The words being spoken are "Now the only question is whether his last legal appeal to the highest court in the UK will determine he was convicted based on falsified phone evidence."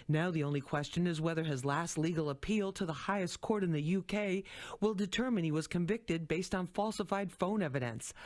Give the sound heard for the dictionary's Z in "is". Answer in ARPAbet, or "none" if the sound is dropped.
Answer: Z